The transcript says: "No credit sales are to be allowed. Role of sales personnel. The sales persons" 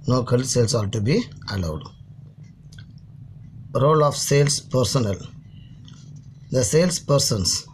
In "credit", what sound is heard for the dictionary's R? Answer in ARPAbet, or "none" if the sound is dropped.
none